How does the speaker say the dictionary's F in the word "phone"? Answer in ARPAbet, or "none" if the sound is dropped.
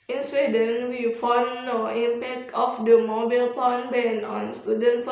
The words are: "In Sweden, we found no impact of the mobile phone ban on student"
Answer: P